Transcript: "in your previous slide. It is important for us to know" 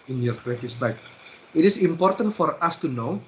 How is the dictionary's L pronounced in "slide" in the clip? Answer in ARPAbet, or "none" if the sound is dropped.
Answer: none